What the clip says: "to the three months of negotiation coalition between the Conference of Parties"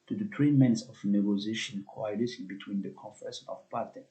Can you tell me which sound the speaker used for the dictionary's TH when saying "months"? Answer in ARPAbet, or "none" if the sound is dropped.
T